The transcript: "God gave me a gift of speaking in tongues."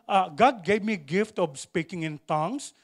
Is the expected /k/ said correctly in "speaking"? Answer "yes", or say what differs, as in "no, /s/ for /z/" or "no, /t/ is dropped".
yes